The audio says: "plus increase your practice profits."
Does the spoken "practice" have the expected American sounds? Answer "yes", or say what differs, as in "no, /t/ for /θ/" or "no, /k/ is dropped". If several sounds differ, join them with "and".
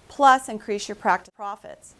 no, /s/ is dropped